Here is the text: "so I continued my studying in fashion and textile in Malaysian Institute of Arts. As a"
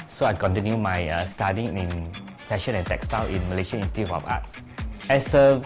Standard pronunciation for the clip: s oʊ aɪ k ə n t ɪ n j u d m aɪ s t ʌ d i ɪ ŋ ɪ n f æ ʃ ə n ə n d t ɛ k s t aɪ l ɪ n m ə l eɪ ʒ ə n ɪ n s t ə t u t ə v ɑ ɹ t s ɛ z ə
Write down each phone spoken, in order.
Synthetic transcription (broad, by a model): s oʊ aɪ k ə n t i n j u m aɪ s t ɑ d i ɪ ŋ ɪ n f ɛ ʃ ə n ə n t ɛ k s t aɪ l ɪ n m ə l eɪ ʃ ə i n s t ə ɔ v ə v ɑ t s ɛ s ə